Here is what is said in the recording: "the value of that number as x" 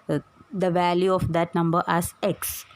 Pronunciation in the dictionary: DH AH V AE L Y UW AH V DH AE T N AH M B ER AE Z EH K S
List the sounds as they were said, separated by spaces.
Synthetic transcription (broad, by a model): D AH V AE L Y UW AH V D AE T N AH M B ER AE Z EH K S